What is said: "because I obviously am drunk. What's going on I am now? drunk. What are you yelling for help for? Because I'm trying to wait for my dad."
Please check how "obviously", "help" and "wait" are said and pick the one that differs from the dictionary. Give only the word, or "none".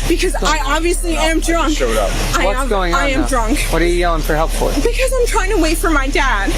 none